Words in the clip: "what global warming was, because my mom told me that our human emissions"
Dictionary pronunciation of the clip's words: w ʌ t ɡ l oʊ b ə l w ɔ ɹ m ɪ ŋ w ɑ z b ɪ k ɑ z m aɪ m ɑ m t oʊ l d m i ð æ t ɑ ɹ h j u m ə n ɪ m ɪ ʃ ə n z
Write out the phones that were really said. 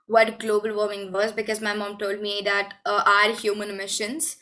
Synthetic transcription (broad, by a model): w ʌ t ɡ l oʊ b ə l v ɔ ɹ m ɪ ŋ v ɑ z b ɪ k ɑ z m aɪ m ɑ m t oʊ l d m i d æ t ɑ ɹ h j u m ə n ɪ m ɪ ʃ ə n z